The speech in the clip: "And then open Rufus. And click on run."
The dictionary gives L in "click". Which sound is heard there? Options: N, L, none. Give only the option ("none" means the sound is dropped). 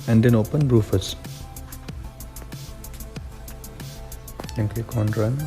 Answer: none